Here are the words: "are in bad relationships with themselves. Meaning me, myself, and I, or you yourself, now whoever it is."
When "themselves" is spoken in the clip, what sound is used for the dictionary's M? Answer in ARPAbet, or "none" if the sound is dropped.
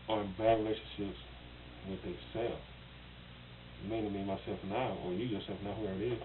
none